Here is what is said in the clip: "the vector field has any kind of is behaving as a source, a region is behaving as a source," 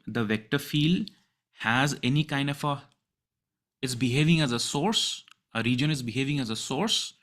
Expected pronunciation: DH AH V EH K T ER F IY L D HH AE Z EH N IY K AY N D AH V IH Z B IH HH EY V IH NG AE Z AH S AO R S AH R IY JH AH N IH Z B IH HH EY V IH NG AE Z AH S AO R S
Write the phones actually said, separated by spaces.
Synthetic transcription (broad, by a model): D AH V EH K T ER F IY L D HH AE Z EH N IY K AY N D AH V IH Z B IH HH EY V IH NG AE Z AH S AO R S AH R IY JH AH N IH Z B IH HH EY V IH NG AE Z AH S AO R S